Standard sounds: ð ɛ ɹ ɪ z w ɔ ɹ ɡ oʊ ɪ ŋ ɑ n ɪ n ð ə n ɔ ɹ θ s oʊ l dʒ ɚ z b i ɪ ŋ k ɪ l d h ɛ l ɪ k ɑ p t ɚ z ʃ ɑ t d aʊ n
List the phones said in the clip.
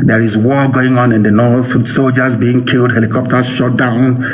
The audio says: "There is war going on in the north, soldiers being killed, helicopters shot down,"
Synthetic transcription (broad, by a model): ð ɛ ɹ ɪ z w ɔ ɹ ɡ oʊ ɪ ŋ ɑ n ɪ n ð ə n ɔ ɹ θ s oʊ l dʒ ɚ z b i ɪ ŋ k ɪ l d h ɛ l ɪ k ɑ p t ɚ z ʃ ɑ t d aʊ n